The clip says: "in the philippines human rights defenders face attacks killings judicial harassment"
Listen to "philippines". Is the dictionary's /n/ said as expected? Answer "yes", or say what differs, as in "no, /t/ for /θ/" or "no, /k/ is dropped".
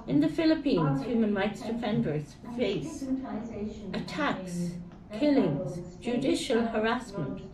yes